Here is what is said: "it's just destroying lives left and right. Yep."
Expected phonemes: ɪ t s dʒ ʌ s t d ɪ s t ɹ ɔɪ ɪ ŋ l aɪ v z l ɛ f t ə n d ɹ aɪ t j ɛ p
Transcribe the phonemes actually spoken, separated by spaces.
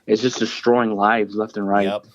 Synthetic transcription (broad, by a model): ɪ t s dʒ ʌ s d ɪ s t ɹ ɔɪ ɪ ŋ l aɪ v z l ɛ f t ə n ɹ aɪ t